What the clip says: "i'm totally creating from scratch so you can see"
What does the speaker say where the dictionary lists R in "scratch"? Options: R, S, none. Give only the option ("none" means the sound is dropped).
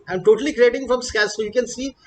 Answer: none